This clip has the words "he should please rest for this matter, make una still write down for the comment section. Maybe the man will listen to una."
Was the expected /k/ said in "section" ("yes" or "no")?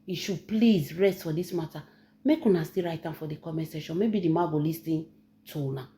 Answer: no